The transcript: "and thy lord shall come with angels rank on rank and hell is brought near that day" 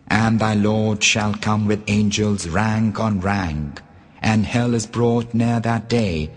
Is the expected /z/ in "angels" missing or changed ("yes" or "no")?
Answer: no